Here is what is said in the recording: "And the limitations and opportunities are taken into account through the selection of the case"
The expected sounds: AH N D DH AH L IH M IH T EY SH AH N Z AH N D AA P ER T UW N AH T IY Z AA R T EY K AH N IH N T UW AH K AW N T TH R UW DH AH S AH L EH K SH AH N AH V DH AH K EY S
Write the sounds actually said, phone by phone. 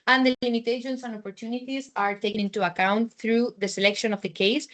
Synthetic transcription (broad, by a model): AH N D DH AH L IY M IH T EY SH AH N S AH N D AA P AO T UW N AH T IY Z AA R T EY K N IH N T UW AH K AW N T TH R UW DH AH S AH L EH K SH AH N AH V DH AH K EY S